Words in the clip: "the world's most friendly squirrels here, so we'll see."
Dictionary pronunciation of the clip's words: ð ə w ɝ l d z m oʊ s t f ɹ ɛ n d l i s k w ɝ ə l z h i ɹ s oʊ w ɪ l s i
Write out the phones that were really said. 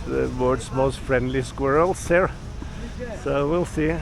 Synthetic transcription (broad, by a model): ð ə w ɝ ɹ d s m oʊ s t f ɹ ɛ n d l i s k w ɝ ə l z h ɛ ɹ s oʊ w ɪ l s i